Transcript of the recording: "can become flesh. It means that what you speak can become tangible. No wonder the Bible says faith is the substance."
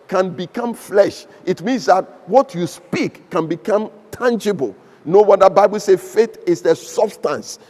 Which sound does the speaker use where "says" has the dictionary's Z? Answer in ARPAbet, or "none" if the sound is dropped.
none